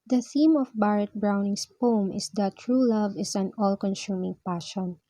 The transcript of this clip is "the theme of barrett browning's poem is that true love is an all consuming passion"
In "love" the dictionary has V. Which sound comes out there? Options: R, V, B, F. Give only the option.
V